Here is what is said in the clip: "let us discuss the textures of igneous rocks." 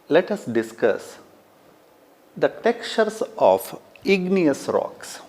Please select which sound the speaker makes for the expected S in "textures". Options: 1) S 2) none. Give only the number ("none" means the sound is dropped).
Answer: 2